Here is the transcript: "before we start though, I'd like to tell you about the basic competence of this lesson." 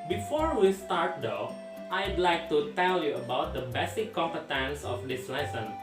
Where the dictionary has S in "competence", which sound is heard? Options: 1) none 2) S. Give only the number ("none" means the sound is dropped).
2